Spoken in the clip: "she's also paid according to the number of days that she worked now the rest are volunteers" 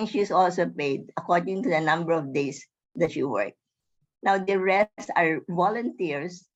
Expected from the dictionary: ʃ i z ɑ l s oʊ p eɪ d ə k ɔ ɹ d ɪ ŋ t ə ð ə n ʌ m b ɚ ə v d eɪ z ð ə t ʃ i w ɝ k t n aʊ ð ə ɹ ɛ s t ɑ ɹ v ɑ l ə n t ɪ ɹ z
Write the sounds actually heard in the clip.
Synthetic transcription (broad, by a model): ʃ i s ɑ l s oʊ p eɪ d ə k ɔ ɹ d ɪ ŋ t ə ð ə n ʌ m b ɚ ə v d eɪ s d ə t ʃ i w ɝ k n aʊ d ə ɹ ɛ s ɑ ɹ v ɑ l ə n t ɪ ɹ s